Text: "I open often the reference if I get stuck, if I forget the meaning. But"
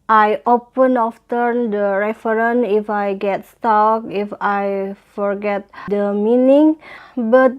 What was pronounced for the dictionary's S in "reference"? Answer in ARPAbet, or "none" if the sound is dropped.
none